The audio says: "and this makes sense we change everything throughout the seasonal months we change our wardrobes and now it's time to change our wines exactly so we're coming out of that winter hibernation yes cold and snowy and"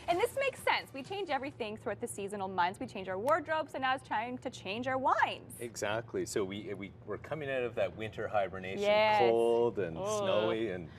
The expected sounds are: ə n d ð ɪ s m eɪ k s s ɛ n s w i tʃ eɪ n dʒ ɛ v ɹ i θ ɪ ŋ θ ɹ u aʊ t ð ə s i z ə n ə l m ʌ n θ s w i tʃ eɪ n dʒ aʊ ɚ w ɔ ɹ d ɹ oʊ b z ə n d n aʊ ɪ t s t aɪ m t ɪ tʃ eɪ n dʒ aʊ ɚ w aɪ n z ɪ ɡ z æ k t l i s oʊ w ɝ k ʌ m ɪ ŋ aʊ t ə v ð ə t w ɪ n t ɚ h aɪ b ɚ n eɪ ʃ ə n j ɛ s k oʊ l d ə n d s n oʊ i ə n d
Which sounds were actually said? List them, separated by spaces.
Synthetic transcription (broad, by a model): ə n ð ɪ s m eɪ k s s ɛ n s w i tʃ eɪ n dʒ ɛ v ɹ i θ ɪ ŋ θ ɹ u aʊ t ð ə s i z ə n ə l m ʌ n θ s w i tʃ eɪ n dʒ aʊ ɚ w ɔ ɹ d ɹ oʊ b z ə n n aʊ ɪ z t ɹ aɪ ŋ t ɪ tʃ eɪ n dʒ aʊ ɚ w aɪ n z ɪ ɡ z æ k t l i s oʊ w ɝ k ʌ m ɪ ŋ aʊ t ə v ð ə t w ɪ n t ɚ h aɪ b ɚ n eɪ ə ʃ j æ k oʊ l d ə n s n oʊ i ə n